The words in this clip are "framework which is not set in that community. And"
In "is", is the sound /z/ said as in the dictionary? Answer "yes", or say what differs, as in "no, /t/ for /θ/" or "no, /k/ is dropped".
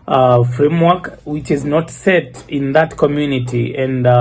yes